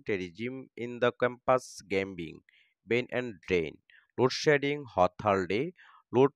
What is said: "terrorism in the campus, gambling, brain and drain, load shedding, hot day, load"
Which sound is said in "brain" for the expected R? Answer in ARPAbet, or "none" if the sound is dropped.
none